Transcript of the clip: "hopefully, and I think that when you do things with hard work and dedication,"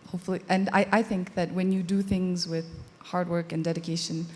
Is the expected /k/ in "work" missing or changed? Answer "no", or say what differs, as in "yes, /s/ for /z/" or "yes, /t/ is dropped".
no